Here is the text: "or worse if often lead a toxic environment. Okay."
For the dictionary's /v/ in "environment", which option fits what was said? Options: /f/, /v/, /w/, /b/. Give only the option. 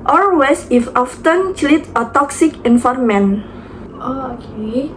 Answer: /f/